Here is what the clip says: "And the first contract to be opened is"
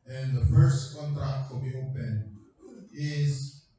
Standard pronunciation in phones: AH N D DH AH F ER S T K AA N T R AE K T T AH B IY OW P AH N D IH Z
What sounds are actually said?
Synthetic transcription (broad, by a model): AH N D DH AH F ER S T K AA N T R AE K T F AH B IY OW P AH N IH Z